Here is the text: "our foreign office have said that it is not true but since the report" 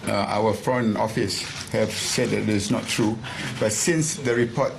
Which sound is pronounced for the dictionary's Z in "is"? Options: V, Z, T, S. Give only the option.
S